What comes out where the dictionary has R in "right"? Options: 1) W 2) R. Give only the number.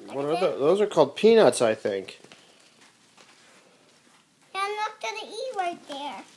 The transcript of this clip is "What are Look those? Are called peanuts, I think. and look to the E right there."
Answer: 1